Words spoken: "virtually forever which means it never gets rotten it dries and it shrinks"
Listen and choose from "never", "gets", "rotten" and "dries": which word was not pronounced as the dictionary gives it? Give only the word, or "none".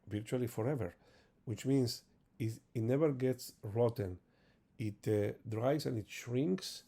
dries